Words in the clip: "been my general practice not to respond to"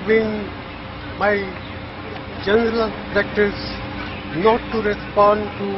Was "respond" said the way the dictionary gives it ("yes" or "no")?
yes